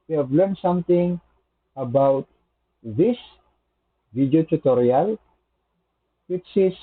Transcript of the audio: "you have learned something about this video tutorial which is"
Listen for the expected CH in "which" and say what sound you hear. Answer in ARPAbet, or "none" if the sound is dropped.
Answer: S